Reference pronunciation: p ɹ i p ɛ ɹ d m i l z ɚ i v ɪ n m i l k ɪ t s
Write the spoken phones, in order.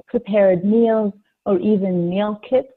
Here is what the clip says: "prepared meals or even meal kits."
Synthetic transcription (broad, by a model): p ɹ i p ɛ ɹ d m i l z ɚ i v ɪ n m i l k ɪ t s